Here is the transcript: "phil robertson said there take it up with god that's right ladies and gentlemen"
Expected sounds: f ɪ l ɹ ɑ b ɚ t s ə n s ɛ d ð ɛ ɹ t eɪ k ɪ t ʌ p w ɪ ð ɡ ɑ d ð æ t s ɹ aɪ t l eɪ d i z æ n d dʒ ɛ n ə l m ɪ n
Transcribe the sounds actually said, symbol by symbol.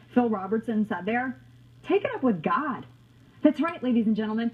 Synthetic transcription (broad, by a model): f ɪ l ɹ ɑ b ɚ t s ə n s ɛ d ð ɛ ɹ t eɪ k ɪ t ʌ p w ɪ ð ɡ ɑ d ð æ t s ɹ aɪ t l eɪ d i z n dʒ ɛ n l m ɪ n